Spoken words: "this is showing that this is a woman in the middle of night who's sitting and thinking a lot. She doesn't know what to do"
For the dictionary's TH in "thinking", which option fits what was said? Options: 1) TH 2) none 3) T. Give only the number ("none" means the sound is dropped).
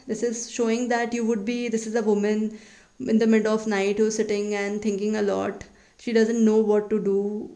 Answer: 3